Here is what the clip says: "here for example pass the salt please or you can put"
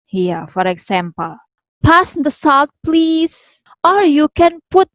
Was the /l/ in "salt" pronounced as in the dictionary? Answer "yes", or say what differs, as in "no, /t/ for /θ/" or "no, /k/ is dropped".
yes